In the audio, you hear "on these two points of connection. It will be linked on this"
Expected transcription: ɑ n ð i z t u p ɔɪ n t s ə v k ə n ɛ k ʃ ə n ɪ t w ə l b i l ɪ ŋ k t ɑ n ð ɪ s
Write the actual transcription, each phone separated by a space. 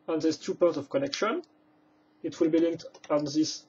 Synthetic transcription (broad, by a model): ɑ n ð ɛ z t u p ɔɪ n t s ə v k ə n ɛ k ʃ ə n ɪ t w ə l b i l ɪ ŋ k t ɑ n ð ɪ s